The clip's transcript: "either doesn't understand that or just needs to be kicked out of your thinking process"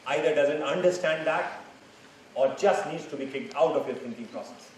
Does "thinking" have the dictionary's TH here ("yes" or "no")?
no